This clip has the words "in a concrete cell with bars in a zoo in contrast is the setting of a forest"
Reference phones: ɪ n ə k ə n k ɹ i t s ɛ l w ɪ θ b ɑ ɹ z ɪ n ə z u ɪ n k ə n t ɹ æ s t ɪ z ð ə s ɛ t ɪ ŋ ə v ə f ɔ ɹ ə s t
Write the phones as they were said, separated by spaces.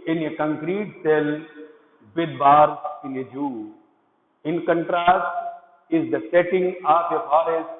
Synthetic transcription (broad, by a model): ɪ n ə k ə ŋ k ɹ i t s ɛ l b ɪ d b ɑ ɹ ɪ n ə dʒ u ɪ n k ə n t ɹ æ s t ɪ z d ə s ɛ t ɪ ŋ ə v ə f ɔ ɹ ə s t